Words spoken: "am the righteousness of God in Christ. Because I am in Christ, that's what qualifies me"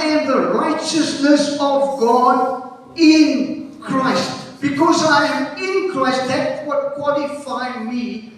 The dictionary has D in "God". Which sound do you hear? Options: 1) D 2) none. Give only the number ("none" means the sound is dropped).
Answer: 1